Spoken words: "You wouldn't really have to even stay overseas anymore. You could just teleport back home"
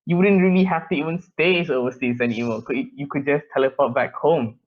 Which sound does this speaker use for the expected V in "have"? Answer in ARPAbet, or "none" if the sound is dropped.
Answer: F